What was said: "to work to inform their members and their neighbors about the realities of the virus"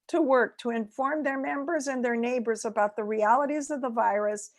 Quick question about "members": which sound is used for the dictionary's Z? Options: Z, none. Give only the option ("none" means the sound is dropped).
Z